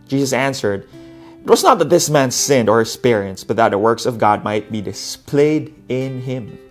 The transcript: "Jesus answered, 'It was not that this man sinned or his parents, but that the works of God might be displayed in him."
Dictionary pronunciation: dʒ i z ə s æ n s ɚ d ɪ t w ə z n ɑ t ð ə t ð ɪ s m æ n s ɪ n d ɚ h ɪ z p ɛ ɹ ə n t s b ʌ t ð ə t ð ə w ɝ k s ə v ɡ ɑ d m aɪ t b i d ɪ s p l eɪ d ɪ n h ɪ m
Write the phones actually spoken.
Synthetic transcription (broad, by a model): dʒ i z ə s æ n s ɚ d ɪ t w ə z n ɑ t ð ə t ð ɪ s m æ n s ɪ n d ɚ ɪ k p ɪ ɹ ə n s b ʌ t ð ə t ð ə w ɝ k s ə v ɡ ɑ d m aɪ t b i d ɪ s p l eɪ d ɪ n h ɪ m